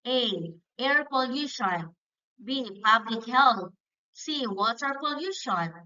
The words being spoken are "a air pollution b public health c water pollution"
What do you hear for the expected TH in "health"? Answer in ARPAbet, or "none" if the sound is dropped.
T